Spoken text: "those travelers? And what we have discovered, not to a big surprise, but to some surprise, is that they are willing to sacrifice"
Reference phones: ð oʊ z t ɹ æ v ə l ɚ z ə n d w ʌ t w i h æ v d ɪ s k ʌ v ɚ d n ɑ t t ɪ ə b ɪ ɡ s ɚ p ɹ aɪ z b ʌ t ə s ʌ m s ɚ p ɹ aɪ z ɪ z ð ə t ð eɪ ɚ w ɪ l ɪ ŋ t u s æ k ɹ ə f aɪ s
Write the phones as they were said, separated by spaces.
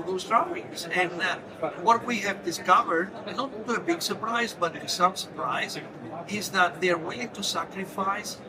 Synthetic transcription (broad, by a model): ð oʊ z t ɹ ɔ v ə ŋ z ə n w ʌ t w i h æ v d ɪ s k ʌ v ɚ d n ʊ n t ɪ ə b ɪ ɡ s ɚ p ɹ aɪ z b ʌ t s ʌ m s ɚ p ɹ aɪ z ɪ z ð ə t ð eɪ ɚ w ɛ ɪ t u s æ k ɹ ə f aɪ s